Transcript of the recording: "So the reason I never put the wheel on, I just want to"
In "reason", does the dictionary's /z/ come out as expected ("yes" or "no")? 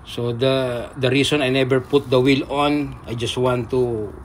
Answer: no